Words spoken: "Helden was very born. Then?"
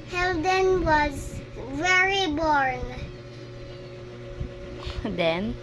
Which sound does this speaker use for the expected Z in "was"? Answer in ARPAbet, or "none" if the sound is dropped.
Z